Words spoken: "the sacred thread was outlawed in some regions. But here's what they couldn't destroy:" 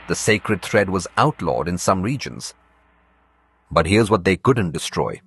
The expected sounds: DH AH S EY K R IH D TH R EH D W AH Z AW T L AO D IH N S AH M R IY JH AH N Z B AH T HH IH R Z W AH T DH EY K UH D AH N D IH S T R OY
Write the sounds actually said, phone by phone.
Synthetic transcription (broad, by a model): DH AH S EY K R IH D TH R EH D W AH Z AW T L AO D IH N S AH M R IY JH AH N Z B AH T HH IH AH Z W AH T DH EY K UH D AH N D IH S T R OY